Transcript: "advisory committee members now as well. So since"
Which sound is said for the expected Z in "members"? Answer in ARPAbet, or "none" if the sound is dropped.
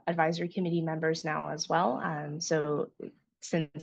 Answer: Z